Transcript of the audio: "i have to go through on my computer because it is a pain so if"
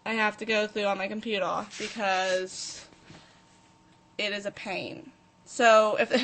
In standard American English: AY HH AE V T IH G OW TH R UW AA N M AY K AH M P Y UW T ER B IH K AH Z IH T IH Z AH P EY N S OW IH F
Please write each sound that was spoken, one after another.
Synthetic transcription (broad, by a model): AY HH AE F T IH G OW TH R UW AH N M AY K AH M P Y UW T ER B IH K AH Z IH T IH Z AH P EY N S OW IH F